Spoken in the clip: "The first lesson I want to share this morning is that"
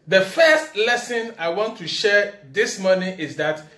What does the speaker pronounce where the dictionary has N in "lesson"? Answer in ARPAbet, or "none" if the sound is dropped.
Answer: N